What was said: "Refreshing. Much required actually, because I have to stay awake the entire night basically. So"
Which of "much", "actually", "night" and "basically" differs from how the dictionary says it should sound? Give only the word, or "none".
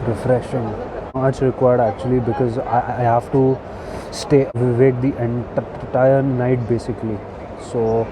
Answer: much